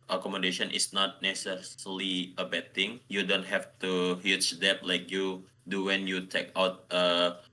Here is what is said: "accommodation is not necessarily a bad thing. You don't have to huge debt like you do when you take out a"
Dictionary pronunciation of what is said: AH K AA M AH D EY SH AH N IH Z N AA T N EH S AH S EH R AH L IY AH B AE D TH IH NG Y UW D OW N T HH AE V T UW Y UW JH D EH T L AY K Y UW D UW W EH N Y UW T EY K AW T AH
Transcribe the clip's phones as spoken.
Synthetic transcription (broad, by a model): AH K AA M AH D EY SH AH N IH S N AA T N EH S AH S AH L IY AH B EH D T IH NG Y UW D OW N T HH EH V T UW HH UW CH D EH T L AY K Y UW D UW W EH N Y UW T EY K AW T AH